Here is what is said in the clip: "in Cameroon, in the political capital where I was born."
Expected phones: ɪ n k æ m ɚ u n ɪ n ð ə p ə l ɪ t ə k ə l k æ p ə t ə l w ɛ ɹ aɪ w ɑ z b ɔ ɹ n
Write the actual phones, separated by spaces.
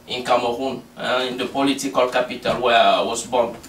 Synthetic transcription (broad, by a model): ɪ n k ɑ m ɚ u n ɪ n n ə p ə l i t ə k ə l k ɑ p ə t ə l w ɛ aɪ w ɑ s b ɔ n